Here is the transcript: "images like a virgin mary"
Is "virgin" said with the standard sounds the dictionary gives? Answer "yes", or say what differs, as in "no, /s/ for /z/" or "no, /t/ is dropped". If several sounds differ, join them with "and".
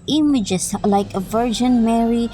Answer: yes